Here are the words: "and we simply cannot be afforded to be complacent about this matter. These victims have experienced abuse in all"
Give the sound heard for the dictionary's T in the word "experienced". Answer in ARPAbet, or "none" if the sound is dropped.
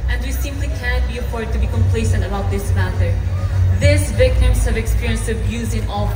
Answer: none